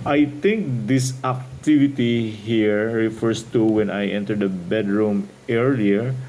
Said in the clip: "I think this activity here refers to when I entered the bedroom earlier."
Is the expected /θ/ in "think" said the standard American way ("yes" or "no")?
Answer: no